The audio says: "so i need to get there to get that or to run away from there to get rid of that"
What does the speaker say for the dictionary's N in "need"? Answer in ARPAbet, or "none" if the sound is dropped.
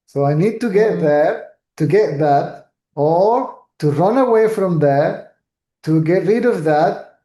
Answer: N